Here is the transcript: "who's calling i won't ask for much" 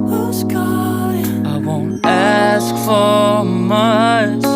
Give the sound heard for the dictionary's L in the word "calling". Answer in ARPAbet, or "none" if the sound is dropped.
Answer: none